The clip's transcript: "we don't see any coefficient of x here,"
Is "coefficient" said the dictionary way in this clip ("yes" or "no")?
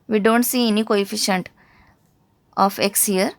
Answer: yes